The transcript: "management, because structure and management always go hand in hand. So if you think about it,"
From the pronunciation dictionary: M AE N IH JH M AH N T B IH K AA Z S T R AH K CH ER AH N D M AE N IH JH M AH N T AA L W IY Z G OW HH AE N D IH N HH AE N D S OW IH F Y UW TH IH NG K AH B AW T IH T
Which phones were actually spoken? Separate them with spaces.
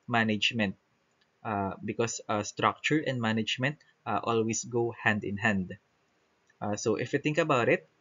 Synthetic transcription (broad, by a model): M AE N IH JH M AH N T B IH K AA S S T R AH K CH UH AH N D M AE N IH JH M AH N T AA L W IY S G OW HH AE N D IH N HH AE N D S OW IH F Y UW T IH NG K AH B AW T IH T